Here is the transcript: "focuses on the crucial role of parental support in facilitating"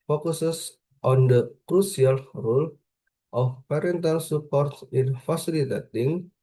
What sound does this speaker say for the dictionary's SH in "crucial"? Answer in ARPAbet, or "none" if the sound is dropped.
S